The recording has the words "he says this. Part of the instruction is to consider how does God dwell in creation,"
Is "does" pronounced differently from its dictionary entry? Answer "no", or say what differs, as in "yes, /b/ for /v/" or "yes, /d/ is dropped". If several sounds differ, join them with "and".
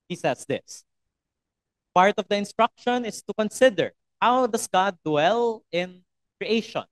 yes, /s/ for /z/